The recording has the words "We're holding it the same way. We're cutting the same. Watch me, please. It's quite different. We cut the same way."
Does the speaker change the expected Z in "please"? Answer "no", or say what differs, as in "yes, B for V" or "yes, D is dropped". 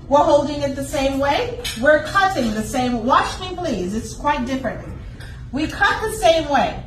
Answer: no